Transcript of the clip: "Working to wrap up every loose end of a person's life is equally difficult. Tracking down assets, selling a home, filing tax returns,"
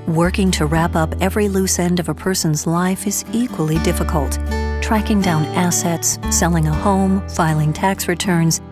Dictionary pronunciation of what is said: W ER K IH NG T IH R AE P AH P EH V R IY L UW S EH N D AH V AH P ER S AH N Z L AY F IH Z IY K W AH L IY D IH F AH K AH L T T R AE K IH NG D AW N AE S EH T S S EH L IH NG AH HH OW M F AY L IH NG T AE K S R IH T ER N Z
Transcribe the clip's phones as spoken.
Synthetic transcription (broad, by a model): W ER K IH NG T IH R AE P AH P EH V R IY L UW S EH N D AH V AH P ER S AH N Z L AY F IH Z IY K W AH L IY D IH F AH K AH L T T R AE K IH NG D AW N AE S EH T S S EH L IH NG AH HH OW M F AY L IH NG T AE K S R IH T ER N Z